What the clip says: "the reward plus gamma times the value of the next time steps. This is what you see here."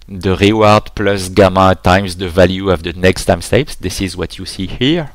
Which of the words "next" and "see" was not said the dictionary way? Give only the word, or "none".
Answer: none